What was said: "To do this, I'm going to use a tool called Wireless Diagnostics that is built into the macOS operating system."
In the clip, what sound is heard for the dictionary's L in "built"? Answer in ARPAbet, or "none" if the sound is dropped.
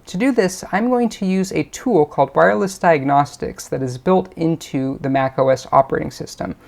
L